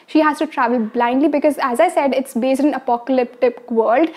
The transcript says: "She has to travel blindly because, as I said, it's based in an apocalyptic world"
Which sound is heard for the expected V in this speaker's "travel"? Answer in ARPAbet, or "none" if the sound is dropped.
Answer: V